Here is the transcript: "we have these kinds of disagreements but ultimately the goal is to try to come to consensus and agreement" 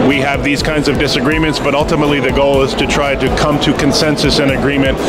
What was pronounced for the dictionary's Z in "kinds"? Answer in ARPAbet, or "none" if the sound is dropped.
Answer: Z